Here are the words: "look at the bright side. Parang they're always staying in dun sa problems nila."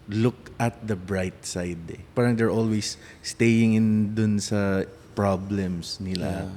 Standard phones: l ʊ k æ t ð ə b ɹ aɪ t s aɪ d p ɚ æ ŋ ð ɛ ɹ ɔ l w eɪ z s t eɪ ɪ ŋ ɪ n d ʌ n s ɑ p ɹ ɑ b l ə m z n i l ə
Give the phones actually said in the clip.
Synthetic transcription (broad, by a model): l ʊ k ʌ t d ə b ɹ aɪ t s aɪ d p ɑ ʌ ŋ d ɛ ɹ ɔ l w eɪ s t eɪ ɪ ŋ ɪ n d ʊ n s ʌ p ɹ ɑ b l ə m s n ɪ l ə